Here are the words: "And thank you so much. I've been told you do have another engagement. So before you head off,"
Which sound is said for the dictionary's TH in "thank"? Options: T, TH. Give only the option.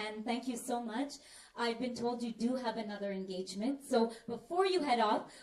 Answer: TH